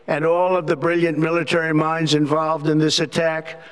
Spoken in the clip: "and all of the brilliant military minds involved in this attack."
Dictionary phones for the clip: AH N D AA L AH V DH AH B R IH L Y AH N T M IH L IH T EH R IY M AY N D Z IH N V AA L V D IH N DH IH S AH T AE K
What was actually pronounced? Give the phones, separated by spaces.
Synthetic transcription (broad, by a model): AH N AA L AH V DH AH B R IH L Y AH N M IH L IH T EH R IY M AY N D Z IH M V AA L V D IH N DH IH S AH T AE K